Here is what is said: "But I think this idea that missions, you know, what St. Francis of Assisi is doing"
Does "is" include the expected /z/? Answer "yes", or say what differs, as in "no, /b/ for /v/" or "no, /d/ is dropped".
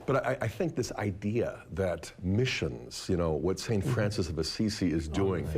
yes